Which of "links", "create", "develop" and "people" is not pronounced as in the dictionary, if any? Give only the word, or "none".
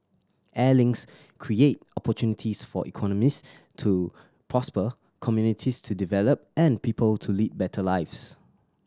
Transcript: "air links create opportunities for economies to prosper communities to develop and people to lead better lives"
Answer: links